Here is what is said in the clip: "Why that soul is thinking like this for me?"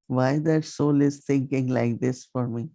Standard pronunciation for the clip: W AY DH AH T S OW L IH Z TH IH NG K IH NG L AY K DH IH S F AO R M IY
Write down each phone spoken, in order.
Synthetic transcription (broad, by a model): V AY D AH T S OW L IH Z T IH NG K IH NG L AY K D IH S F AO R M IY